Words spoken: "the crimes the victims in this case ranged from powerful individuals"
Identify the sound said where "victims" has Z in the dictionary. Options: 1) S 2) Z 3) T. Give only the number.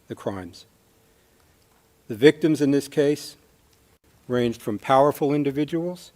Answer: 2